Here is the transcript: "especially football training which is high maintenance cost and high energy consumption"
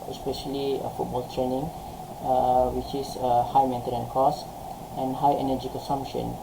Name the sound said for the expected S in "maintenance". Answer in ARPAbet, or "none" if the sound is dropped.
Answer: none